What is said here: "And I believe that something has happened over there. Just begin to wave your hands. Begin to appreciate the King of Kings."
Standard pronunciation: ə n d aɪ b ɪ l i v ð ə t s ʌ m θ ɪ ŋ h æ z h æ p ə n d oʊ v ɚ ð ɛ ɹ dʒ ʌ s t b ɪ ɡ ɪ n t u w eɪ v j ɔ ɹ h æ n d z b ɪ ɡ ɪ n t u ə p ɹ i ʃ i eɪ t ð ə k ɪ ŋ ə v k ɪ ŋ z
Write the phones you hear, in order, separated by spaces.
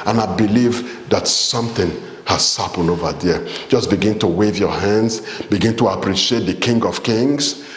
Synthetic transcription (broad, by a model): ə n aɪ b ɪ l i v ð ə t s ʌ m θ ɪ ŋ h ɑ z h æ p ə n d oʊ v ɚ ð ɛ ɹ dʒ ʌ s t b ɪ ɡ ɪ n t u w eɪ v j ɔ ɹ h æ n d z b ɪ ɡ ɪ n t u ə p ɹ i ʃ i eɪ t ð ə k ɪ ŋ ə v k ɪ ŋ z